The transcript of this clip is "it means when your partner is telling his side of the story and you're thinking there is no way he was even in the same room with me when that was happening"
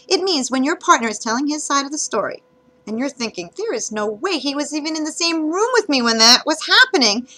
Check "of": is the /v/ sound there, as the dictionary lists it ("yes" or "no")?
yes